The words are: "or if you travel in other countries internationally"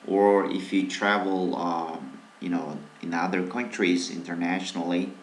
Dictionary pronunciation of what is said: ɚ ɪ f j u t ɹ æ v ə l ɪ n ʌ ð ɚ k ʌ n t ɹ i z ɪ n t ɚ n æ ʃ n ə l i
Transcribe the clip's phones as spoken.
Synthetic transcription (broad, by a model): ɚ ɪ f j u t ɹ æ v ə n ɪ n ʌ ð ɚ k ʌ n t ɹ i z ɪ n t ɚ n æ ʃ n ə l i